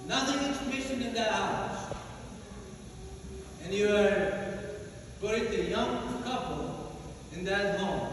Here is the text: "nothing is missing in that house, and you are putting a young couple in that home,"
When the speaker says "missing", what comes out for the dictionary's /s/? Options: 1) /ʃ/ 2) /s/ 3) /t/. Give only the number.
1